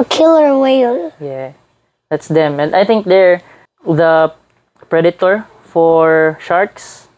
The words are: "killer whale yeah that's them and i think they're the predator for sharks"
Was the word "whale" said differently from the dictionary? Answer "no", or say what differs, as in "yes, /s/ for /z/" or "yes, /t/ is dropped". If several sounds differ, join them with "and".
yes, /n/ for /l/